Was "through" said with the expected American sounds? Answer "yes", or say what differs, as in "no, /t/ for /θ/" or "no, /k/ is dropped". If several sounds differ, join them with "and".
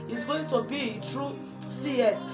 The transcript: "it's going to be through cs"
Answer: no, /t/ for /θ/